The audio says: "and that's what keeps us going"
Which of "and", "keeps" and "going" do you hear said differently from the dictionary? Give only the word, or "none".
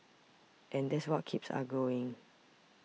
none